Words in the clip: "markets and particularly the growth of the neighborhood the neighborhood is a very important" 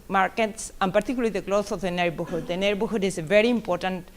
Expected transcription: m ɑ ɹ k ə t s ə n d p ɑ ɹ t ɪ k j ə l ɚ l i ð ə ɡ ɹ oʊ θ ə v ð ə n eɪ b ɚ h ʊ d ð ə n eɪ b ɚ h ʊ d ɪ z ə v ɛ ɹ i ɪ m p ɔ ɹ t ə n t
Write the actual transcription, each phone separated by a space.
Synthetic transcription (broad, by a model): m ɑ ɹ k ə t s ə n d p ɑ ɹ t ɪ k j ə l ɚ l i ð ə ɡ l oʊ s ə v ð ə n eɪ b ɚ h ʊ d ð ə n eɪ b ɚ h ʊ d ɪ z ə v ɛ ɹ i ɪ m p ɔ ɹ t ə n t